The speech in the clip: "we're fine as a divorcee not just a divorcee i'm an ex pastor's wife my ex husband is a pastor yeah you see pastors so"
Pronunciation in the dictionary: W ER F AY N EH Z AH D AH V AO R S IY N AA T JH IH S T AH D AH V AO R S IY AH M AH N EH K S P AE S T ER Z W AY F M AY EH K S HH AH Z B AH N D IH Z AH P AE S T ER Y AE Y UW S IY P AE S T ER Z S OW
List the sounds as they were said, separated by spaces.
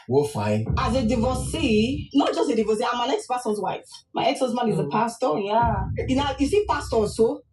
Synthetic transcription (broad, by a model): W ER F AY N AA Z AH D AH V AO S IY N AA T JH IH S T AH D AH V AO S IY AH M AH N EH K S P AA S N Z W AY F M AY EH K S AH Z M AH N IH Z AH P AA S T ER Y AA Y UW S IY P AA S T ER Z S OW